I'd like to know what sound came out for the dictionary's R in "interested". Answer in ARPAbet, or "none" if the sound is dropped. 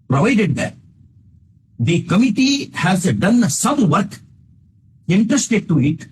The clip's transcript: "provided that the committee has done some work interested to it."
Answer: none